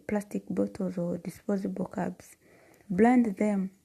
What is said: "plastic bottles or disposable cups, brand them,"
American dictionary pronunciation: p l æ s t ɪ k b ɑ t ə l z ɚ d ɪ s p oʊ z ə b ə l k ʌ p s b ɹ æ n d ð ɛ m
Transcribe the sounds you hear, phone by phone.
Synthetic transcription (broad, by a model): p l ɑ s t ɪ k b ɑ t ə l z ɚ d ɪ s p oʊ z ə b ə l k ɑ b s b l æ n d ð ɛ m